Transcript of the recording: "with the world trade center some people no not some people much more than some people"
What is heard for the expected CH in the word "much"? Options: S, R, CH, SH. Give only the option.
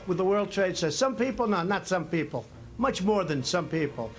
CH